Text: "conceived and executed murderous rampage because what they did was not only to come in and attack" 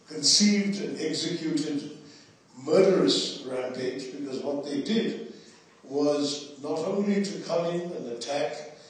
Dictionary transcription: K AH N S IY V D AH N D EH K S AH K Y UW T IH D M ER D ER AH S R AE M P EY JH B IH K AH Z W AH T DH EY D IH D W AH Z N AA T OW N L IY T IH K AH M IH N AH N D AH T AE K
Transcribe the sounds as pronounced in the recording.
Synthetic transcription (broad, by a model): K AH N S IY V D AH N EH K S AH K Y UW T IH D M ER D ER AH S R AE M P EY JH B IH K AH Z W AH T DH EY D IH D W AH Z N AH T OW N L IY T IH K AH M IH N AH N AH T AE K